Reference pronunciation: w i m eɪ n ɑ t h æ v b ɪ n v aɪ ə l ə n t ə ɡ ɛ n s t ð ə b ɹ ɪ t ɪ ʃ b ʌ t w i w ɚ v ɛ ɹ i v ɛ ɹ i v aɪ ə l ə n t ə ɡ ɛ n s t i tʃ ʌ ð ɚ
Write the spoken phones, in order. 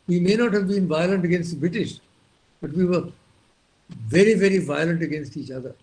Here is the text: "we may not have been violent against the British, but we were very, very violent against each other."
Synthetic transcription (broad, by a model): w i m eɪ n ɑ t h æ v b ɪ n v aɪ ə l ə n t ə ɡ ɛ n s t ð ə b ɹ ɪ t ɪ ʃ b ʌ t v i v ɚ v ɛ ɹ i v ɛ ɹ i v aɪ ə l ə n t ə ɡ ɛ n s t i tʃ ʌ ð ɚ